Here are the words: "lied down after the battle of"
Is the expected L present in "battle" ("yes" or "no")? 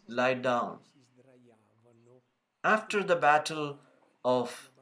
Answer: yes